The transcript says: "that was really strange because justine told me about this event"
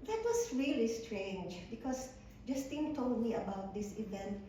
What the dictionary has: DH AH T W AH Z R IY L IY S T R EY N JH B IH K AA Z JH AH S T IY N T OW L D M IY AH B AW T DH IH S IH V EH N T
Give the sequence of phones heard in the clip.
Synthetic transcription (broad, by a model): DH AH T W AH S R IY L IY S T R EY N JH B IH K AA S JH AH S T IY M T OW L D M IY AH B AW T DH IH S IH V EH N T